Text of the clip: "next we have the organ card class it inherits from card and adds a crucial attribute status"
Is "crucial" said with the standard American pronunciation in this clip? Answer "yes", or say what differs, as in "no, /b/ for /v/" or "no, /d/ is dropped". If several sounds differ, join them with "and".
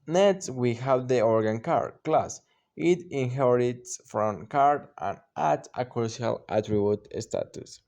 no, /ɹ/ is dropped